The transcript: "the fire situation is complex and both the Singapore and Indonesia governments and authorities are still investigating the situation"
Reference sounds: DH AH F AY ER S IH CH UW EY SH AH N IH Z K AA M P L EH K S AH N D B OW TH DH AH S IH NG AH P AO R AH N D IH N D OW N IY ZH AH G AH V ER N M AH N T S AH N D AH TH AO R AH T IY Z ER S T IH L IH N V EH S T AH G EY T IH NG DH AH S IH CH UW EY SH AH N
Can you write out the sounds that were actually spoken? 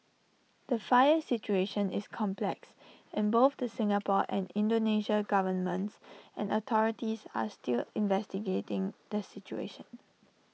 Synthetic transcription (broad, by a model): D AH F AY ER S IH CH UW EY SH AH N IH S K AA M P L EH K S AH N B OW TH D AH S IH NG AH P AO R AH N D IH N D OW N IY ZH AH G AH V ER N M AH N T S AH N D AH T AO R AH T IY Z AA S T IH L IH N V EH S T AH G EY T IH NG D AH S IH CH UW EY SH AH N